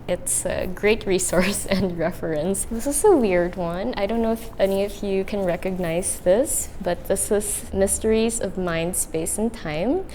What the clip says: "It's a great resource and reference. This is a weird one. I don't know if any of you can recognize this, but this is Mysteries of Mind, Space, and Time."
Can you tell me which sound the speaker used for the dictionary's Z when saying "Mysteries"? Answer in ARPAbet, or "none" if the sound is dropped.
Z